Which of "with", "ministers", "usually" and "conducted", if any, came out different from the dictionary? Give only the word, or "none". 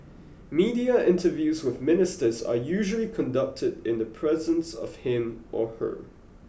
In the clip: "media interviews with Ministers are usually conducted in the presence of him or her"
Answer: none